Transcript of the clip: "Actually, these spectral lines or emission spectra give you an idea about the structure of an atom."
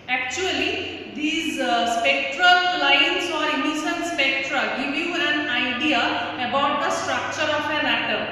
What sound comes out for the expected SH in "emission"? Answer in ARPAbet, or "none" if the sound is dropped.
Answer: S